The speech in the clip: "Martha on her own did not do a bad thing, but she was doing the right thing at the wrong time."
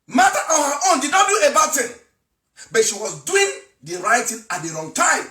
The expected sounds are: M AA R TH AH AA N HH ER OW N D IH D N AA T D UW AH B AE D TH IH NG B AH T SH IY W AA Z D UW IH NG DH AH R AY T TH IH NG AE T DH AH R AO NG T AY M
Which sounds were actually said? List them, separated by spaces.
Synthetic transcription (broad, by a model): M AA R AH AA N HH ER OW N D IH D N AA T D UW AH B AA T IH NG B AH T SH IY W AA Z D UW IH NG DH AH R AY T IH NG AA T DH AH R AO NG T AY M